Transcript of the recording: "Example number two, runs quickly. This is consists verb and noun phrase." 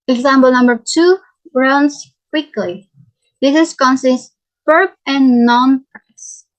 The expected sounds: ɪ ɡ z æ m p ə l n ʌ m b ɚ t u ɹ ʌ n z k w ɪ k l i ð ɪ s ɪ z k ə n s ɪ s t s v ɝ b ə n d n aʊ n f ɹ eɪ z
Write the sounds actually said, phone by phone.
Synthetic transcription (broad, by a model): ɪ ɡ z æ m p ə l n ʌ m b ɚ t u ɹ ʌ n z k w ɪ k l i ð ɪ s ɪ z k ə n s ɪ s t s p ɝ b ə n n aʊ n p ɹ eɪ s